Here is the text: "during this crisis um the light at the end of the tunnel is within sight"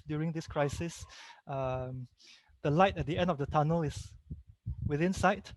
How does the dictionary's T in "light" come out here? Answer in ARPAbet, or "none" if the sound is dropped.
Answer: T